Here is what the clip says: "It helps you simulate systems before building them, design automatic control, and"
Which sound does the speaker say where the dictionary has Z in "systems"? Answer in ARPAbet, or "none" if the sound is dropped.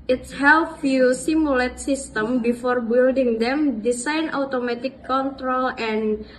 none